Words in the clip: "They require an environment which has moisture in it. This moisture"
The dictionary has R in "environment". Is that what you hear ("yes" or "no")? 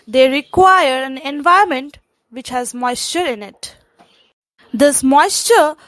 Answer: no